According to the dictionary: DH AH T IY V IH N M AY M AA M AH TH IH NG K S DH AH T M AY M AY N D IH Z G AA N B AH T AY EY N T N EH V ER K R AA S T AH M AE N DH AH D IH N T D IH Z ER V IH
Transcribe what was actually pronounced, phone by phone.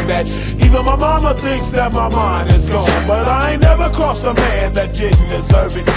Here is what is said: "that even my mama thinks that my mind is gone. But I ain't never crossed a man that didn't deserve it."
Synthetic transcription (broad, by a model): DH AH T IY V IH N M AY M AA M AH TH IH NG K S DH AH T M AY M AY N D IH Z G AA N B AH T AY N N EH V ER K AA S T AH M AE N DH AH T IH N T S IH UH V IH